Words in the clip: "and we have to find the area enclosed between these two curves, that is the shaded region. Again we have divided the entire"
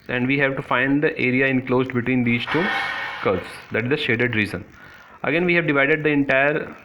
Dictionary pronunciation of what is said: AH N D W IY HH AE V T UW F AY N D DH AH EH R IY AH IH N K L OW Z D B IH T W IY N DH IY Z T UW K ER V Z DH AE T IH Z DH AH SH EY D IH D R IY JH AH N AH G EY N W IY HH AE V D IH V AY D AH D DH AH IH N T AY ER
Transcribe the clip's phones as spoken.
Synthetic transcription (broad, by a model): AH N D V IY HH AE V T UW F AY N D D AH EH R IY AH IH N K L OW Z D B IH T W IY N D IY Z T UW K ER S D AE T IH Z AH SH EY D IH D R IY Z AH N AH G EY N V IY HH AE V D IH V AY D AH D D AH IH N T AY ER